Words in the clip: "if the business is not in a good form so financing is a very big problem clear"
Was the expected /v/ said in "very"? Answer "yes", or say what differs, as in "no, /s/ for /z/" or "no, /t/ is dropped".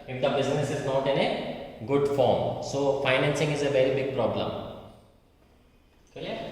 yes